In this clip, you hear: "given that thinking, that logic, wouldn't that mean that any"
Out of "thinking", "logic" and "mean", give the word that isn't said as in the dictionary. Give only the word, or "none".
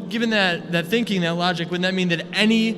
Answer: none